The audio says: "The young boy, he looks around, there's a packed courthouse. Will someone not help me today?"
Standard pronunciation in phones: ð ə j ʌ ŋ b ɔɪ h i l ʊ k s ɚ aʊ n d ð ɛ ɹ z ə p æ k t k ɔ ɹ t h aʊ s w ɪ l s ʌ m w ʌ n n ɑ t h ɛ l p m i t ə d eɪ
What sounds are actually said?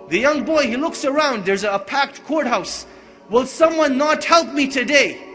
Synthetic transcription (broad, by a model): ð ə j ʌ ŋ b ɔɪ h i l ʊ k s ɚ aʊ n d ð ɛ ɹ z ə p æ k t k ɔ ɹ t h aʊ s w ɪ l s ʌ m w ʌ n n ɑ t h ɛ l p m i t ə d eɪ